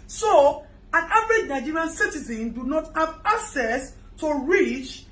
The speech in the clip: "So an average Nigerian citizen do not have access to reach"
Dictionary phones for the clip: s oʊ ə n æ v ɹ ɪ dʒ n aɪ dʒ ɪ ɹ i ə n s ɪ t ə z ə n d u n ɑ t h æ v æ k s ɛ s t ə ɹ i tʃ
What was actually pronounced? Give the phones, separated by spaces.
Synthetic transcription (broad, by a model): s oʊ ə n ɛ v ɹ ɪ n aɪ dʒ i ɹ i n s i t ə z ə n d u n ɑ t h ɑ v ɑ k s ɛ s t ə ɹ i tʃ